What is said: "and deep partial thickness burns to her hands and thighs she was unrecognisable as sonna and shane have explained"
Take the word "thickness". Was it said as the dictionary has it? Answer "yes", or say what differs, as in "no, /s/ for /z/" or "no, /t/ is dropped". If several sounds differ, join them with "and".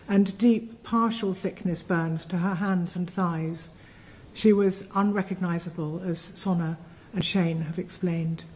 yes